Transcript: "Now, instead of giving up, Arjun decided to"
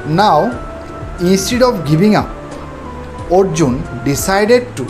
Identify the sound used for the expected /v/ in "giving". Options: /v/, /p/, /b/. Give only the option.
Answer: /b/